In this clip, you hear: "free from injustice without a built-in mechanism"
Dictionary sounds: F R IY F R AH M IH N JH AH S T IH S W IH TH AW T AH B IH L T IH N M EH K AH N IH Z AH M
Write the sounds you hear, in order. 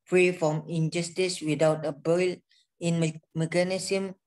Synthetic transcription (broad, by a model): F R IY F R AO M IH N JH AH S T IH S W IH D AW T AH B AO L IH N M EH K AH N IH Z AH M